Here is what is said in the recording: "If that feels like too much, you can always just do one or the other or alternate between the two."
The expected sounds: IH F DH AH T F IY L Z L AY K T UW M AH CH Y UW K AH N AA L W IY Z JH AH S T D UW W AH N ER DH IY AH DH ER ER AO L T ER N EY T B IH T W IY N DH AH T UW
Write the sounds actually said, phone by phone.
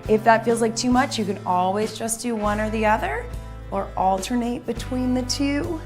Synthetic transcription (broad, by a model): IH F DH AH T F IY L Z L AY K T UW M AH CH Y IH K AH N AA L W IY Z JH AH S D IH W AH N ER DH IY AH DH ER ER AO L T ER N EY T B IH T W IY N DH AH T UW